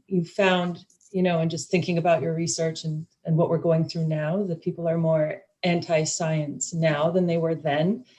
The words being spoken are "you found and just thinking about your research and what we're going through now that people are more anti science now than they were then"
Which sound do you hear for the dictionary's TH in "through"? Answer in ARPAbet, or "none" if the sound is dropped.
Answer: TH